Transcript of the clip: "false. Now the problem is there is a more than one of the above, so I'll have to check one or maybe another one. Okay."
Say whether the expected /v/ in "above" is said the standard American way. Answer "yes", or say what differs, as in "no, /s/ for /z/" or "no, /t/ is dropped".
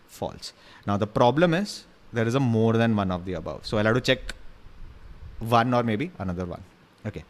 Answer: yes